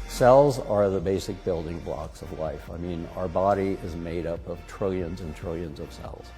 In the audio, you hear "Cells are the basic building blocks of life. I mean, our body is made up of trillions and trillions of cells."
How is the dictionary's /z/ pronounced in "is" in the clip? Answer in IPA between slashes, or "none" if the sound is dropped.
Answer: /z/